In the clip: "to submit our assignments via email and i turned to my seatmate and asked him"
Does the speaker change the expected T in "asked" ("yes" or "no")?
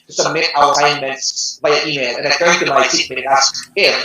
yes